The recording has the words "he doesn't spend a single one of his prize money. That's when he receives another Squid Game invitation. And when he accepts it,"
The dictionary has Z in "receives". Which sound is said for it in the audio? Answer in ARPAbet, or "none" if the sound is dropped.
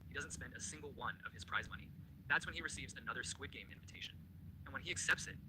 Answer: Z